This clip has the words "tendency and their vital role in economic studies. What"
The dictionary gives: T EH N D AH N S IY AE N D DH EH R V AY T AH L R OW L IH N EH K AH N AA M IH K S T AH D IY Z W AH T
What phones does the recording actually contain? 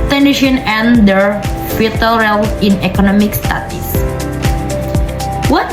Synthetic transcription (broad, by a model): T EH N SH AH N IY N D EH R F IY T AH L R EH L IH N EH K AH N AA M IH K S T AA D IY S W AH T